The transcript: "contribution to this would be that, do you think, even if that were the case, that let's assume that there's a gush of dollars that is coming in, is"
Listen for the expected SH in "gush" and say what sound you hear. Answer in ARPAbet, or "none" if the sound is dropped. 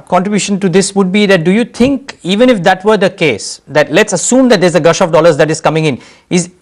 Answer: SH